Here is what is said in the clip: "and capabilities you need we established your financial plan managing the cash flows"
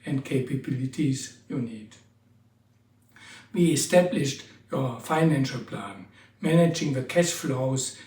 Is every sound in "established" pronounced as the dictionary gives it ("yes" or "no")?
yes